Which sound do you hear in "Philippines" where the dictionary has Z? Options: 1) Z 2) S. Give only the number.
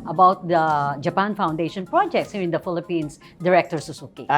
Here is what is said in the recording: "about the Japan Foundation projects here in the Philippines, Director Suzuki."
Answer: 2